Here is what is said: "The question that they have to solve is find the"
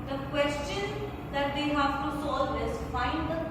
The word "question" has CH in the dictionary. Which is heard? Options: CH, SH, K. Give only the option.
CH